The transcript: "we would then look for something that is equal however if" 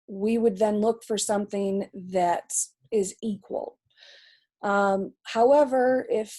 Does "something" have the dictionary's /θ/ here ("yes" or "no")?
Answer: yes